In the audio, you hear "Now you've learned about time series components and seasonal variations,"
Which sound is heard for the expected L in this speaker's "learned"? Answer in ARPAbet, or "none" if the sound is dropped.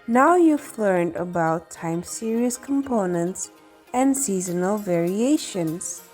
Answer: L